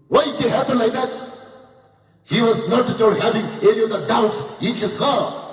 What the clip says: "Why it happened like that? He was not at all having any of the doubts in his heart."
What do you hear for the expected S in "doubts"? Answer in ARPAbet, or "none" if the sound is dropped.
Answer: S